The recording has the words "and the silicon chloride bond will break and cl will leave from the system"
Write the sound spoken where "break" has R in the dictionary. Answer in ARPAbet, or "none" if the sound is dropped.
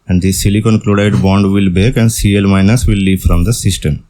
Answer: none